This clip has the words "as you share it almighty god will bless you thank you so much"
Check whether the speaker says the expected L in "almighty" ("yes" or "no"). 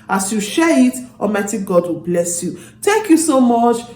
no